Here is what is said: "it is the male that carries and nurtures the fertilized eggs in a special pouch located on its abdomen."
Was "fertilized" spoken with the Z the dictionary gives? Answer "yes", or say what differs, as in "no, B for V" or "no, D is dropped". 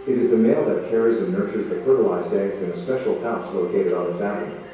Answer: yes